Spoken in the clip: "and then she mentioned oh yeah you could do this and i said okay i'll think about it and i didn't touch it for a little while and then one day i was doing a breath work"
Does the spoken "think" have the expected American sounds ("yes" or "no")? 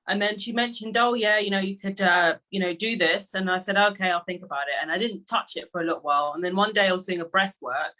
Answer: yes